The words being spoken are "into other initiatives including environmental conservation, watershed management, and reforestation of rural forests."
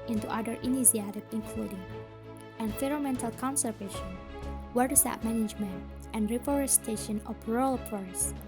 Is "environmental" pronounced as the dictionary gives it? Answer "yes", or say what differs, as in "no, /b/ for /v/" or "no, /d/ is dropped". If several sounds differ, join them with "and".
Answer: no, /f/ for /v/ and /n/ is dropped